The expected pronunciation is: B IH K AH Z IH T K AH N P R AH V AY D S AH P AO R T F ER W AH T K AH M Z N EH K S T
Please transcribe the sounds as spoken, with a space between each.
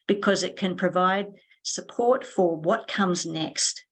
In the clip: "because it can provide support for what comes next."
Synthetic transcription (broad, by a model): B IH K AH Z IH T K AH N P R AH V AY D S AH P AO R T F ER W AH T K AH M Z N EH K S T